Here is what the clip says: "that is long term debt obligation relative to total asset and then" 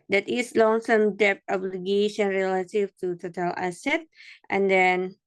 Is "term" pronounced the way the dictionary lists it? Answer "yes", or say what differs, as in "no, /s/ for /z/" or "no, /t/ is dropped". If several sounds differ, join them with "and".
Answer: no, /s/ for /t/